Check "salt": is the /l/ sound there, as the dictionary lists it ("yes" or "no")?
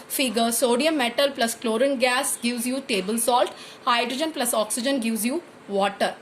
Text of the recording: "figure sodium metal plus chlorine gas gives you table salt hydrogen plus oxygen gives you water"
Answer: yes